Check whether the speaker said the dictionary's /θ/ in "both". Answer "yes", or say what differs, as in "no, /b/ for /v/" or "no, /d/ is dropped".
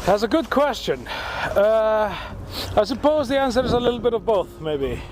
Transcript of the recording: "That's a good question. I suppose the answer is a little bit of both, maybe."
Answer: yes